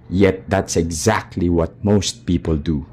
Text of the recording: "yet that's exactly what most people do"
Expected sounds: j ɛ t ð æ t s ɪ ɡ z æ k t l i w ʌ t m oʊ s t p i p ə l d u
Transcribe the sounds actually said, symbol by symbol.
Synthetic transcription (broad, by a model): j ɛ t ð æ t s ɪ ɡ z æ k t l i w ʌ t m oʊ s t p i p ə l d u